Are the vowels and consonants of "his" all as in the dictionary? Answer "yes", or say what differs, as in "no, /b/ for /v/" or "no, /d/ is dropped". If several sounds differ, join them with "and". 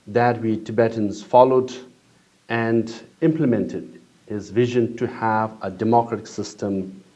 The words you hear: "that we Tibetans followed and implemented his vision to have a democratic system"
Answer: yes